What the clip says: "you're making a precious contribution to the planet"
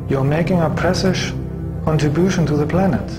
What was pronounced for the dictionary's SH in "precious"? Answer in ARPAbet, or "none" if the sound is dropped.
S